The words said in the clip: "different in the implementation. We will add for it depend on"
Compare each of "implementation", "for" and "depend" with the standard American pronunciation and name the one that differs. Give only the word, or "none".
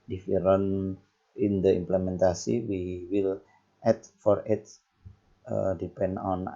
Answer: implementation